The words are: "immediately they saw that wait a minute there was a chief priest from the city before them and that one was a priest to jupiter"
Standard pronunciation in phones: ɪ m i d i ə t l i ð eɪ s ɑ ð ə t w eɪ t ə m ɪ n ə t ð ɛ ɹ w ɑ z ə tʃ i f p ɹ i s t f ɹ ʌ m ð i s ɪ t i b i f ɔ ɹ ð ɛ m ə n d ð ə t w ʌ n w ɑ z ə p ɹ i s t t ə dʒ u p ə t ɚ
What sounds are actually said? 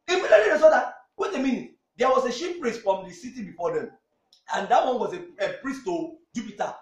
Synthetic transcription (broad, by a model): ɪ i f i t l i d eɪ s ɑ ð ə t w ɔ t ə m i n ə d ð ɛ w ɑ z ə ʃ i p p ɹ i s t f ɹ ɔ m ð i s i t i b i f ɔ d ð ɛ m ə n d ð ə t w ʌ n w ɑ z ə p ɹ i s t t ə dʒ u p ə t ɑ